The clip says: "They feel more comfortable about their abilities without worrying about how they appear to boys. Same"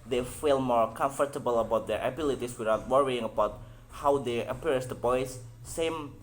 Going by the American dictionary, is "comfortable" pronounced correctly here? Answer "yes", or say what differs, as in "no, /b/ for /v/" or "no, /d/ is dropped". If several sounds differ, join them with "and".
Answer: yes